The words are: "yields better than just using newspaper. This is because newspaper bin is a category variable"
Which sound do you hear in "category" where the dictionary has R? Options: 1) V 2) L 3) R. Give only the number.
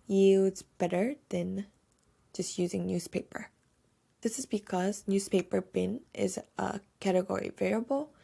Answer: 3